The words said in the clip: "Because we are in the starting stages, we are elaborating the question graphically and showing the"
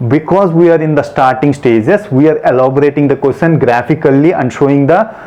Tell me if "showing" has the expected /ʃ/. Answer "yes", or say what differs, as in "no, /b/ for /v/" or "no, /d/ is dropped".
yes